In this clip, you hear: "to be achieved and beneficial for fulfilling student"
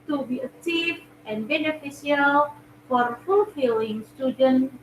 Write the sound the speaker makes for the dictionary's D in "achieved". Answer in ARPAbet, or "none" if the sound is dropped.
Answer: none